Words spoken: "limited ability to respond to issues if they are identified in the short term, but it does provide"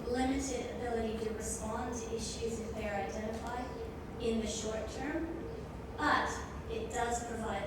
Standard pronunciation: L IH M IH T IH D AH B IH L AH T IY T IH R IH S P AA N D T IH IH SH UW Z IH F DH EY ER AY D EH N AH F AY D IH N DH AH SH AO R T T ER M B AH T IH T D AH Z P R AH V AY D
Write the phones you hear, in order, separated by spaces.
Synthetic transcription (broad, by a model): L IH M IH T IH D AH B IH L AH T IY T IH R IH S P AA N T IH IH SH UW Z IH F DH EY ER AY D EH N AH F AY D IH N DH AH SH AO R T T ER M B AH T IH T D AH Z P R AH V AY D